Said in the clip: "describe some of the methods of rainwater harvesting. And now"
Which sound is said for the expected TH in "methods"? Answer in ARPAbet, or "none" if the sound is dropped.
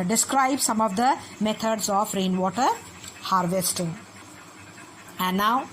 T